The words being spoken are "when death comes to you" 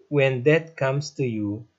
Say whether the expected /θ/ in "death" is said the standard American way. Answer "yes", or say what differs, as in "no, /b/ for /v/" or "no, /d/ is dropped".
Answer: no, /t/ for /θ/